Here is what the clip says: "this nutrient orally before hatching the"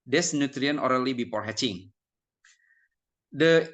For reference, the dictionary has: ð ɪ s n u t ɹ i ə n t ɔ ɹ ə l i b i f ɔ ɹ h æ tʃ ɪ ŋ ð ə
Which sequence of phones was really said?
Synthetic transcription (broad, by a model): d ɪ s n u t ɹ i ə n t ɔ ɹ ə l i b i p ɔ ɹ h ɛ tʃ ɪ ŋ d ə